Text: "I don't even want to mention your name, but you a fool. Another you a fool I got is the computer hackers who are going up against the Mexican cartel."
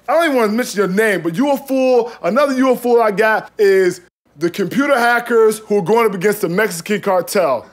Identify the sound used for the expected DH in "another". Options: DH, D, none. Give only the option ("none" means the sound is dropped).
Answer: DH